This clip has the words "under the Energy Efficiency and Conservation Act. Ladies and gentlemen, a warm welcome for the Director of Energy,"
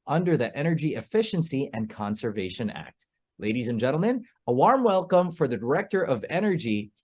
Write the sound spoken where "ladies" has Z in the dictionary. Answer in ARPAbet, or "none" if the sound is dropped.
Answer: Z